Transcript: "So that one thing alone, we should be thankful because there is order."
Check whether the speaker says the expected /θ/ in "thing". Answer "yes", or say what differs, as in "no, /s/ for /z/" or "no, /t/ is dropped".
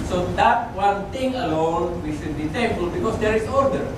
no, /t/ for /θ/